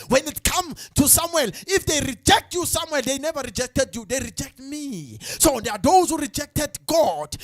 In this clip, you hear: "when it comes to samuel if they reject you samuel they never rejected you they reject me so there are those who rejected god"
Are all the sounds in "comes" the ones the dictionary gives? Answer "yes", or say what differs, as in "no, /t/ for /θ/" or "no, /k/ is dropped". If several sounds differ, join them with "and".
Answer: no, /z/ is dropped